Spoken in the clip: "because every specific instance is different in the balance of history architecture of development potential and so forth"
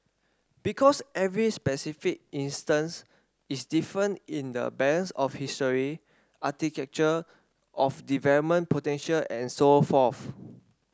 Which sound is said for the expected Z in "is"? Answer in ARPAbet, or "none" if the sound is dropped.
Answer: S